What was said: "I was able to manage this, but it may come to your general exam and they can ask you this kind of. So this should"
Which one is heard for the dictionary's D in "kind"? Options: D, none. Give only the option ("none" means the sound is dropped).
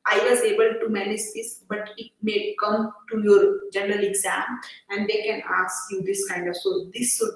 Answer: D